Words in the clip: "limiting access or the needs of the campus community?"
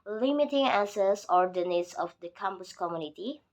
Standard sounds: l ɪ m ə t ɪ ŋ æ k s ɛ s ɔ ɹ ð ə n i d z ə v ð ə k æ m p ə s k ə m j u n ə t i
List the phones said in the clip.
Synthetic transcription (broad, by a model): l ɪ m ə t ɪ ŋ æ s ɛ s ɔ ɹ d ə n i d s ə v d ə k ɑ m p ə s k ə m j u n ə t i